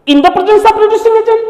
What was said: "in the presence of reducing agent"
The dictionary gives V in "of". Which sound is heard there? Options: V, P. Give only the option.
P